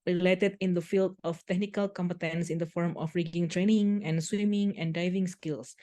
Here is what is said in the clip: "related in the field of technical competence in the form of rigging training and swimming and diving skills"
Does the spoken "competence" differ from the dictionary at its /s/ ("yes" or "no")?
no